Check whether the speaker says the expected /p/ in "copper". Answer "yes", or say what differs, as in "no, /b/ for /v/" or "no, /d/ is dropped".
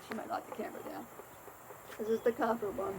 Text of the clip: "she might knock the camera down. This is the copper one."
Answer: no, /f/ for /p/